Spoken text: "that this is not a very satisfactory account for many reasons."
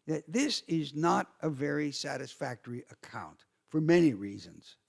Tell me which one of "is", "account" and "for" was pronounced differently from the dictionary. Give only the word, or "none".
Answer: none